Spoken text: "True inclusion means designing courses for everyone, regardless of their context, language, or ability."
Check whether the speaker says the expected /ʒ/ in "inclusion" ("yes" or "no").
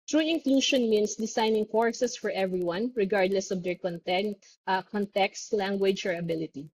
no